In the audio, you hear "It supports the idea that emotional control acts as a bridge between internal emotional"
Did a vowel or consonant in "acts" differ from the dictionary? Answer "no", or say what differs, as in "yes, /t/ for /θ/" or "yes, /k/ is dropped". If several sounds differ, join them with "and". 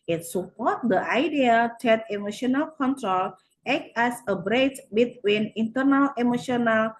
yes, /s/ is dropped